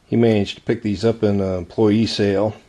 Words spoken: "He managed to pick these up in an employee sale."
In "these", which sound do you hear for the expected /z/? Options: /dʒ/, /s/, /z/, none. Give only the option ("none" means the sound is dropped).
/z/